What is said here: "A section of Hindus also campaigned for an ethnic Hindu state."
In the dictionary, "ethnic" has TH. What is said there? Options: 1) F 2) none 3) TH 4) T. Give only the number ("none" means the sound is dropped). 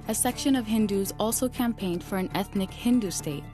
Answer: 3